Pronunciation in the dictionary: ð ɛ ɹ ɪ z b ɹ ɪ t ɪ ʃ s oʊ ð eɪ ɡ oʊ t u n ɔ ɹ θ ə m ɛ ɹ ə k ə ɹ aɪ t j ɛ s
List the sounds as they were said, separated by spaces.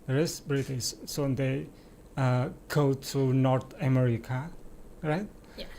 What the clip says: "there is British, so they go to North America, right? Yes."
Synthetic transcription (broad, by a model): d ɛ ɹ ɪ s b ɹ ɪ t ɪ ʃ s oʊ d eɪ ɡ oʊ t u n ɔ ɹ t ə m ɛ ɹ ə k ə ɹ aɪ t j